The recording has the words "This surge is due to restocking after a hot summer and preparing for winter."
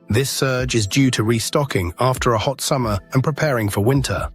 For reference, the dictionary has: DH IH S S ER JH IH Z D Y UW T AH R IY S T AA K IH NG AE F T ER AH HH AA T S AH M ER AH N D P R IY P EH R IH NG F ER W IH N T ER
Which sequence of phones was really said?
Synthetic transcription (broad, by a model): DH IH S S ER JH IH Z D Y UW T AH R IY S T AA K IH NG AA F T ER AH HH AA T S AH M ER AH N P R IY P EH R IH NG F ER W IH N T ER